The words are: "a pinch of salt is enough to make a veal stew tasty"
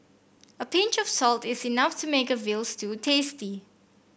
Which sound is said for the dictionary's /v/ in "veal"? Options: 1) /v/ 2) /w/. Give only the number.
1